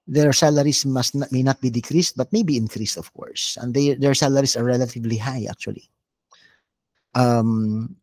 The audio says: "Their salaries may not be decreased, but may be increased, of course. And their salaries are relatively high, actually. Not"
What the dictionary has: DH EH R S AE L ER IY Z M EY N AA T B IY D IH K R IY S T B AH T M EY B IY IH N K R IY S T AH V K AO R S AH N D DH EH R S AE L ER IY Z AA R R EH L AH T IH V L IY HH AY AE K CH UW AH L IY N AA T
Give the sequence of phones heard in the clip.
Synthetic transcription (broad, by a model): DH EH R S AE L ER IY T M EY N AA T B IY D IH K R IY S T B AH T M EY B IY IH N K R IY S T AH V K AO R S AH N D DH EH R S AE L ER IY S AA R R EH L AH T IH V L IY HH AY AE K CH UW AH L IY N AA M